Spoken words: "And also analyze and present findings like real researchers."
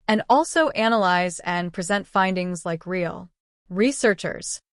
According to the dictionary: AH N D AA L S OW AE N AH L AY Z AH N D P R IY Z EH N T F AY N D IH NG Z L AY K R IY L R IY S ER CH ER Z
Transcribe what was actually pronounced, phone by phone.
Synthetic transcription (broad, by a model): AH N AA L S OW AE N AH L AY Z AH N P R IY Z EH N T F AY N D IH NG Z L AY K R IY L R IY S ER CH ER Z